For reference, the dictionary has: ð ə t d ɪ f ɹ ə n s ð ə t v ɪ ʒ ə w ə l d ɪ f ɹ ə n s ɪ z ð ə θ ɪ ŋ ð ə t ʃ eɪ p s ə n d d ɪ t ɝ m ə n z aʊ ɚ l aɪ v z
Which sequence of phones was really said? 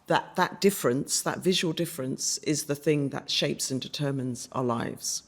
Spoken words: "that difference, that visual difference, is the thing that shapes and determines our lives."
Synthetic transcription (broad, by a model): ð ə t d ɪ f ɹ ə n s ð ə t v ɪ ʒ ə w ə l d ɪ f ɹ ə n s ɪ z ð ə θ ɪ ŋ ð ə t ʃ eɪ p s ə n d d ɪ t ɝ m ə n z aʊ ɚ l aɪ v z